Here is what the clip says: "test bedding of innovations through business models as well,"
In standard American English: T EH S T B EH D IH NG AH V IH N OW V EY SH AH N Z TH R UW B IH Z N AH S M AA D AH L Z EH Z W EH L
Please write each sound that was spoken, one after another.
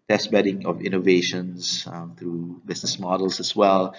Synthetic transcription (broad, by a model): T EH S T B EH D IH NG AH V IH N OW V EY SH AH N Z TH R UW B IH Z N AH S M AA D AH L S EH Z W EH L